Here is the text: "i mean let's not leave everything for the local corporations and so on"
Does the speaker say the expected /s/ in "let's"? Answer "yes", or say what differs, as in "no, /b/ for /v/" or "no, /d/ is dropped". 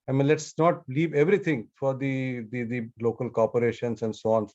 yes